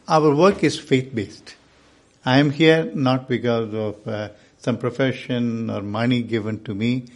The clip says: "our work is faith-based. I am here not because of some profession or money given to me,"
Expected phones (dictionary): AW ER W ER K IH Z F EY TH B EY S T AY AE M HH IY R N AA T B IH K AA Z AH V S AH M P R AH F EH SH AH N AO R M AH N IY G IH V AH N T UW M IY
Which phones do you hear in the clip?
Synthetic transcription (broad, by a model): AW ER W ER K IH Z F EY T B EY S T AY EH M HH IY R N AA T B IH K AA Z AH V S AH M P R AH F EH SH AH N AO R M AH N IY G IH V AH N T UW M IY